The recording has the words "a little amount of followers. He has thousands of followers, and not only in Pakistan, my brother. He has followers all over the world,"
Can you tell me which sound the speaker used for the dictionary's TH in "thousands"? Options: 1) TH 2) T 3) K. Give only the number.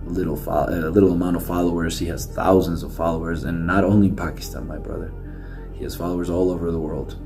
1